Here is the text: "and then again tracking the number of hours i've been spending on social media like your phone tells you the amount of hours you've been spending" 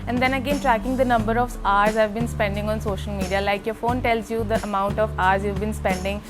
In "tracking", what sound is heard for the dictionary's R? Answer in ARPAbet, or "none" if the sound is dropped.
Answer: R